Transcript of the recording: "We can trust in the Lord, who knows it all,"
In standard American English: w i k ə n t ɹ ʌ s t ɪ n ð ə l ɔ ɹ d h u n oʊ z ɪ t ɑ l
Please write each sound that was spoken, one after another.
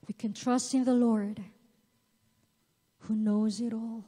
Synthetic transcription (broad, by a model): w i k ə n t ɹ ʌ s t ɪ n ð ə l ɔ ɹ d h u n oʊ z ɪ t ɑ l